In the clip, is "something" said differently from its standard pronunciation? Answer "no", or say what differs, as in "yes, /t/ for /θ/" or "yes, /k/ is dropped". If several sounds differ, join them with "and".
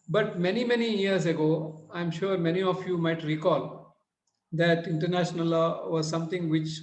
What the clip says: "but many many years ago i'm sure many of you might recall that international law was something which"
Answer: yes, /t/ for /θ/